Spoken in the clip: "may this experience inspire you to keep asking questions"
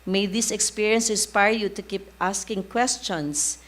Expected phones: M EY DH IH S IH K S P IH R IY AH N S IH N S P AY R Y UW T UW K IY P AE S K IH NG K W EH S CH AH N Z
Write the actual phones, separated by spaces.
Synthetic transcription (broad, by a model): M EY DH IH S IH K S P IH R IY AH N S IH S P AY R Y UW T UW K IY P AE S K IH NG K W EH S CH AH N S